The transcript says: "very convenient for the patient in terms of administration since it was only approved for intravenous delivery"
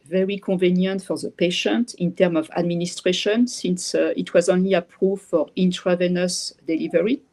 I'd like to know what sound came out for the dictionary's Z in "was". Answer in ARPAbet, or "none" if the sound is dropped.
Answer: Z